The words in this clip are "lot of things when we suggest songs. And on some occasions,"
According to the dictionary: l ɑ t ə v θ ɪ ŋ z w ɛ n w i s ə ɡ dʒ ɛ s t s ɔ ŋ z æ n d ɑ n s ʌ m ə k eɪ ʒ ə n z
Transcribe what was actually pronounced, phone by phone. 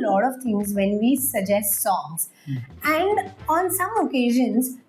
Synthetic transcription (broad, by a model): l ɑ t ə v t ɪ ŋ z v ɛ n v i s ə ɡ dʒ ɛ s t s ɔ ŋ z æ n d ɑ n s ʌ m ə k eɪ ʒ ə n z